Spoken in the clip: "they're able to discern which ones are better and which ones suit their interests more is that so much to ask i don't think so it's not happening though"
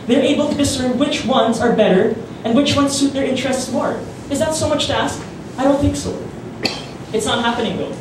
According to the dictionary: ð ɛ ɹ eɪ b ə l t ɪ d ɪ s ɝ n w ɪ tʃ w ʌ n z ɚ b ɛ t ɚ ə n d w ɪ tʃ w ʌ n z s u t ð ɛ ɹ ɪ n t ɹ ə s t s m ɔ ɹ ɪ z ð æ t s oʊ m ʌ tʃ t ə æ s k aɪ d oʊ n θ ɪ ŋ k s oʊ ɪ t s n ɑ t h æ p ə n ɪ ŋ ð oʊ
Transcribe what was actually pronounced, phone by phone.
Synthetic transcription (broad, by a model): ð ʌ ɹ eɪ b ə l t ɪ d ɪ s ɝ n w ɪ tʃ w ʌ n z ɚ b ɛ t ɚ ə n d w ɪ tʃ w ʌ n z s u t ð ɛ ɹ ɪ n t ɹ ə s t s m ɔ ɹ ɪ z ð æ t s oʊ m ʌ tʃ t æ s k aɪ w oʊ l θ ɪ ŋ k s oʊ ɪ t s n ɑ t h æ p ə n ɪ ŋ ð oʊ